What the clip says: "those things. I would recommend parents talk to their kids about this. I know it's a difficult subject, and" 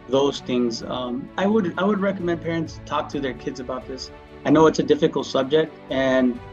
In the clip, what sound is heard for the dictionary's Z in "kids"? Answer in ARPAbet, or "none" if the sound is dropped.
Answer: Z